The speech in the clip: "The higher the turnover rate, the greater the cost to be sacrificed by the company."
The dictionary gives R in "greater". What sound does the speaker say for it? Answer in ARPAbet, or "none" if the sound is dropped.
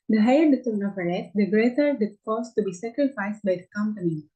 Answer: R